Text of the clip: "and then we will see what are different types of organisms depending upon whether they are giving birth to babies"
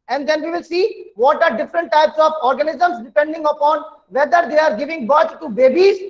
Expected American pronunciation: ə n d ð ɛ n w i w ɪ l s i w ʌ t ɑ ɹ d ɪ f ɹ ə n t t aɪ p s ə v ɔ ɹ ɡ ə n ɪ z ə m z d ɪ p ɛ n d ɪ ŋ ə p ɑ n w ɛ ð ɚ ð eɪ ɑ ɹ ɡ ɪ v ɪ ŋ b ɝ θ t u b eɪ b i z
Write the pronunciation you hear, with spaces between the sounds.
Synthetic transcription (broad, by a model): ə n d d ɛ n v i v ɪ l s i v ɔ t ɑ ɹ d ɪ f ɹ ə n t t aɪ p s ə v ɔ ɹ ɡ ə n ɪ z ə m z d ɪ p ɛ n d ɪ ŋ ə p ɑ n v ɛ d ɚ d eɪ ɑ ɹ ɡ ɪ v ɪ ŋ b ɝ t t u b eɪ b i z